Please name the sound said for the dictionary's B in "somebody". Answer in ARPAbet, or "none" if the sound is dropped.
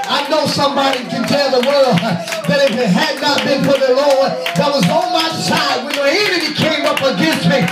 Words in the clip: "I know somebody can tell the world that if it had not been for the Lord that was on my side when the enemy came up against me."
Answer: B